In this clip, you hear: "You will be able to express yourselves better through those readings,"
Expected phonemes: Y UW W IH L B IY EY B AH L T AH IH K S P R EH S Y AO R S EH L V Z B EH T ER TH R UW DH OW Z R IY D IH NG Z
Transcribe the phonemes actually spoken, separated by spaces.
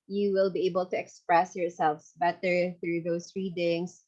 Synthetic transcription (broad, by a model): Y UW W IH L B IY EY B AH L T AH IH K S P R EH S Y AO R S EH L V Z B EH T ER TH R UW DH OW S R IY D IH NG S